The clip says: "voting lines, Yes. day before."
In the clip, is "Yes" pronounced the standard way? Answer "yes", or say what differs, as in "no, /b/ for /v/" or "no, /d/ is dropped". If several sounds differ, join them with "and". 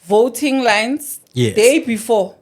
no, /s/ is dropped